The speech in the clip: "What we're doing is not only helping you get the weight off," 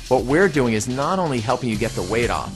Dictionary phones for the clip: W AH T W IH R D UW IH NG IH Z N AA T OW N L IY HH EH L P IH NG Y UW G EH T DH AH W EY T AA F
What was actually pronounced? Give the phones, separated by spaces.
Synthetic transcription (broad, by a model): W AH T W IH R D UW IH NG IH Z N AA T OW N L IY HH EH L P IH NG Y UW G EH T DH AH W EY T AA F